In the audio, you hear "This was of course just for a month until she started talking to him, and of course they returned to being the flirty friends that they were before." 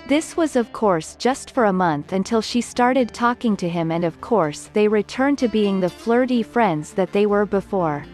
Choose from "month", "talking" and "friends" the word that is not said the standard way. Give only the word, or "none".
none